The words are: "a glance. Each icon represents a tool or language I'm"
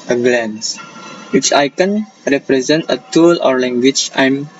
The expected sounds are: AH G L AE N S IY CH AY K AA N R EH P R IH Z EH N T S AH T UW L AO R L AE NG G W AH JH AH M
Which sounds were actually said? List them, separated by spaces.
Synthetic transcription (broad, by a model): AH G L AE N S IY CH AY K AA N R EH P R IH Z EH N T AH T UW L AO R L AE NG G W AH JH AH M